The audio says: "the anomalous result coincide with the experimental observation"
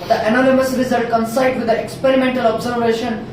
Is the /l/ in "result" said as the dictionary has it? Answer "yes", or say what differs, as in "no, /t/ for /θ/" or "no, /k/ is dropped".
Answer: no, /l/ is dropped